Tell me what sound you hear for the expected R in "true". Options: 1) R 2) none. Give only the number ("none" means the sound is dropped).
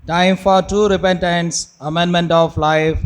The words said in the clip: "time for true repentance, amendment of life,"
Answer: 2